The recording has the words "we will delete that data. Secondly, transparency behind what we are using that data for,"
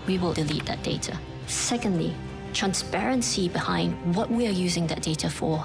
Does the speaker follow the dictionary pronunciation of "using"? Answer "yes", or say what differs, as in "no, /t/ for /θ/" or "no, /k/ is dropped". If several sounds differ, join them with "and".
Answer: yes